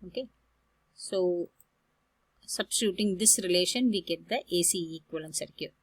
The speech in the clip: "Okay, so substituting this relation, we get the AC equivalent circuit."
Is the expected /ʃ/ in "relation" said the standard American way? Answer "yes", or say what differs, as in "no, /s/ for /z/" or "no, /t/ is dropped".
yes